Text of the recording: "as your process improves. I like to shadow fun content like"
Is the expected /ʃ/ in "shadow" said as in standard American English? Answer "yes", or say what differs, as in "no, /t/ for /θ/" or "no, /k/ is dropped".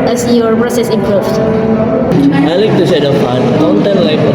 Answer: no, /s/ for /ʃ/